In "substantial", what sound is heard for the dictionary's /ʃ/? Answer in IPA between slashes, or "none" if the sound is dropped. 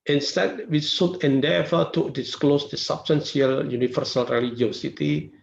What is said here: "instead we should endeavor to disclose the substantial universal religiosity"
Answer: /s/